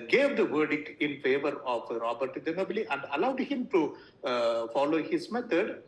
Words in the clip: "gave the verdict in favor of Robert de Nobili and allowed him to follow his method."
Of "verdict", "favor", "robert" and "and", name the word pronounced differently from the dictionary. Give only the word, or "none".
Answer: none